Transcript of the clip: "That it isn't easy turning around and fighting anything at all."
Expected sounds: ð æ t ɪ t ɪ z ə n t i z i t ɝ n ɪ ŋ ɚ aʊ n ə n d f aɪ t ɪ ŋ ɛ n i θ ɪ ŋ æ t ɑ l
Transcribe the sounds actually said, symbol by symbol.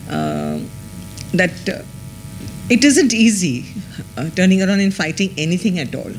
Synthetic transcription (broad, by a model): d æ t ɪ t ɪ z ə n t i z i t ɝ n ɪ ŋ ɚ aʊ n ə n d f aɪ t ɪ ŋ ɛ n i t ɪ ŋ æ t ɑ l